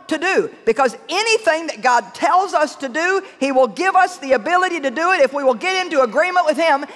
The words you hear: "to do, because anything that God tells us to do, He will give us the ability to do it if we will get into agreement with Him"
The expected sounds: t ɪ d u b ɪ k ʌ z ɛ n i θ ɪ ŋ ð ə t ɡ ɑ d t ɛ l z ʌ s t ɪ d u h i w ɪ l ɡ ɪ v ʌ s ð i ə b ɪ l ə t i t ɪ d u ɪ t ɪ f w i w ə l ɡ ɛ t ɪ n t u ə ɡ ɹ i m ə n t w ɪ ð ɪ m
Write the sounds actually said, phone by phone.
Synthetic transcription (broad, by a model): t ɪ d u b ɪ k ʌ z ɛ n i θ ɪ ŋ ð ə t ɡ ɑ d t ɛ l z ʌ s t ɪ d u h i w ɪ l ɡ ɪ v ʌ s ð i ə b ɪ l ə t i t ɪ d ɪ ɪ t ɪ f w i w ə l ɡ ɛ t ɪ n t u ə ɡ ɹ i m ə n t w ɪ ð ɪ m